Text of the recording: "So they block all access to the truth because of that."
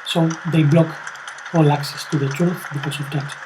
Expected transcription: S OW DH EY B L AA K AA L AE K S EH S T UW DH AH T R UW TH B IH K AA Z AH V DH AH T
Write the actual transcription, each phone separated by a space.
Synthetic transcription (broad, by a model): S OW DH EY B L AA K AA L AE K S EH S T UW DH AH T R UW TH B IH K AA S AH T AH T